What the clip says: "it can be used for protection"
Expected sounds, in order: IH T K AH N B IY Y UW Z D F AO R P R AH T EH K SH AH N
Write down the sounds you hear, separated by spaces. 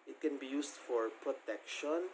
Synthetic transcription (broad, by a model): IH T K AH N B IY Y UW S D F AO R P R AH T EH K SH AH N